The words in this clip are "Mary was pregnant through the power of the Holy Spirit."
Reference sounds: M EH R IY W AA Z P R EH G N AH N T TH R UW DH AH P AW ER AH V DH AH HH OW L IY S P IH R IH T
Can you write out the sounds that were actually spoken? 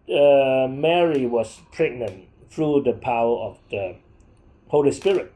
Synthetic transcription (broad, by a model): M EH R IY W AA S P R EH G N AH N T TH R UW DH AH P AW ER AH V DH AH HH OW L IY S P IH R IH T